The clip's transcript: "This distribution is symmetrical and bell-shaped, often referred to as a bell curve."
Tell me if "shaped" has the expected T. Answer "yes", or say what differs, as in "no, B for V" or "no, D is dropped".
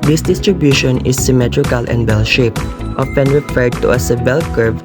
yes